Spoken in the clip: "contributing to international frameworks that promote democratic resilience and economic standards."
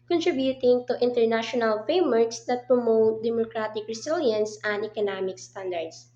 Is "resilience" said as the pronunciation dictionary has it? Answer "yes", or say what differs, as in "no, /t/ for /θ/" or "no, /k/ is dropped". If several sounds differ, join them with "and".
no, /s/ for /z/